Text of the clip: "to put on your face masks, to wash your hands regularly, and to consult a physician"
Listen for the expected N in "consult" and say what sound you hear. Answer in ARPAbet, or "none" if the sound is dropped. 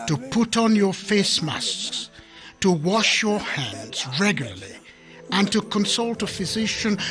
N